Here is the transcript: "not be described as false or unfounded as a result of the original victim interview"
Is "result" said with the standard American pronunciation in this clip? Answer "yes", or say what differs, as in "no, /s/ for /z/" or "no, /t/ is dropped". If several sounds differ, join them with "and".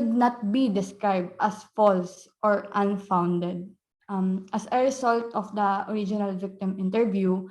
no, /s/ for /z/